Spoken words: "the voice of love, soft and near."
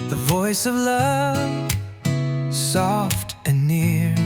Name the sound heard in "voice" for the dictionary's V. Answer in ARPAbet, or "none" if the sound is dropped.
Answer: V